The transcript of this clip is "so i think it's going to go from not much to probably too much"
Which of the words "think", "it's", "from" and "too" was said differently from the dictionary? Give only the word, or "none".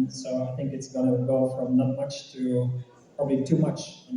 none